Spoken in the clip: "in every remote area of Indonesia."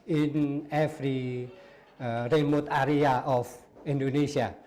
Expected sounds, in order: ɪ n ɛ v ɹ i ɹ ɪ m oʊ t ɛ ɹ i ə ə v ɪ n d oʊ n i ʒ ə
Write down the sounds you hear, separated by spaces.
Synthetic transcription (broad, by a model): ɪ n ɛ f ɹ i ɹ ɪ m oʊ t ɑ ɹ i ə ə f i n d oʊ n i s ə